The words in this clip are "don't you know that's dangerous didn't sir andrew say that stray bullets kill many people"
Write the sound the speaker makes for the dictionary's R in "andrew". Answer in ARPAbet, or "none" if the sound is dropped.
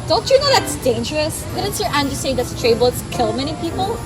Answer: none